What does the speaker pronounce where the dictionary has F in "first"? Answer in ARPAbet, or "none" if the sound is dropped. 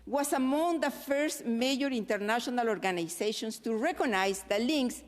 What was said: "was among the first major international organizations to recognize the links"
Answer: F